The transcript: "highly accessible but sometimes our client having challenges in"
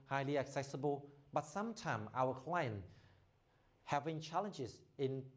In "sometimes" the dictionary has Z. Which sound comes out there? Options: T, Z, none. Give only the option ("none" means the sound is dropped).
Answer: none